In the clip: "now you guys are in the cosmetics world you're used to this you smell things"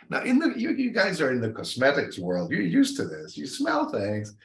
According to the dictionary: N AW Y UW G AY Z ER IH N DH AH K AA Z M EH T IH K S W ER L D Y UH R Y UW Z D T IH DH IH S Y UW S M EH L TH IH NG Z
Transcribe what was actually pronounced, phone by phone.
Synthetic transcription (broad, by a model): N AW Y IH G AY Z ER IH N DH AH K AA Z M EH T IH K S W ER L D Y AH R Y UW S T IH DH IH S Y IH S M EH L TH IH NG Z